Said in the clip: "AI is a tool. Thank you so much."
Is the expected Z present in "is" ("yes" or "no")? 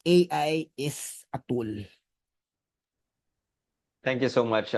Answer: no